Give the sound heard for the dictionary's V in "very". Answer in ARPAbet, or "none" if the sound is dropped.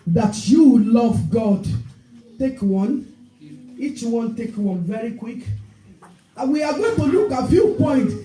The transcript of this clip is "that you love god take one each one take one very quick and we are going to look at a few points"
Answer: V